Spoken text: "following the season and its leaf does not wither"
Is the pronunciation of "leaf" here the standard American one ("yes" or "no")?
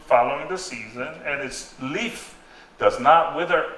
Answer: yes